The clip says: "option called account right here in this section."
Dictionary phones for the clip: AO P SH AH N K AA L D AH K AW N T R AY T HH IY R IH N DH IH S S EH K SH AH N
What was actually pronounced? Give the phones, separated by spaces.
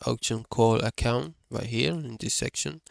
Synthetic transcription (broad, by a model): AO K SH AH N K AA L AH K AW N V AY HH IY R IH N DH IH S S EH K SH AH N